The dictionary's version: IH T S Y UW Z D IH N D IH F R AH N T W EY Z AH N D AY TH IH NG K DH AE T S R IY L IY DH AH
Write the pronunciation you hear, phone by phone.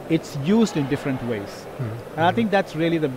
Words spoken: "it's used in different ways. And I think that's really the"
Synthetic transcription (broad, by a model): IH T S Y UW Z D IH N D IH F R AH N T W EY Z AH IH T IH NG K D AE T S R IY L IY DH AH